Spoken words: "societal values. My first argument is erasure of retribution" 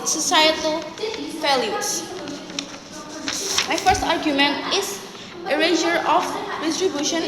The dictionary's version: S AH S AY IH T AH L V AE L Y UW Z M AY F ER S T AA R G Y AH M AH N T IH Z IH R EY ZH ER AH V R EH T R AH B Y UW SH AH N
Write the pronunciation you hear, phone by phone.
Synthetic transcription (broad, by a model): S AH S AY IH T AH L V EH L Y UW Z M AY F ER S T AA R G Y AH M AH N T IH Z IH R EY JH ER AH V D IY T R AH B Y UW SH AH N